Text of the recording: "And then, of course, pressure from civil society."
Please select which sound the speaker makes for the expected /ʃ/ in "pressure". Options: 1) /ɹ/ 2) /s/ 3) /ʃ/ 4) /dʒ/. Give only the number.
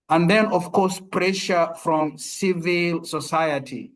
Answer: 3